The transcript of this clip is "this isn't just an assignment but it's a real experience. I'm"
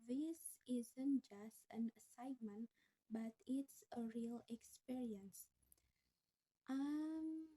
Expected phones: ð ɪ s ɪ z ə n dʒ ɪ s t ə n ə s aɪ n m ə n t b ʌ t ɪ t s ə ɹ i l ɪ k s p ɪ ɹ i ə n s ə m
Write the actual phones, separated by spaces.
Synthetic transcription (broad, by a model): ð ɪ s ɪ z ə n dʒ ɪ s t ə n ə s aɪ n m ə n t b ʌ t ɪ t s ə ɹ i l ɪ k s p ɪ ɹ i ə n s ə m